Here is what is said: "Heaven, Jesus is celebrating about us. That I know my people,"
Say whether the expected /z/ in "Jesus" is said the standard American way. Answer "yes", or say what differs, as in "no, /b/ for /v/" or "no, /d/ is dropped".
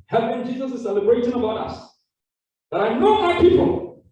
yes